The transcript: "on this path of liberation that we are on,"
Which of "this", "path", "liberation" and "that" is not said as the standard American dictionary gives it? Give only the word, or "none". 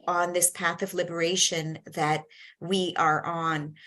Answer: none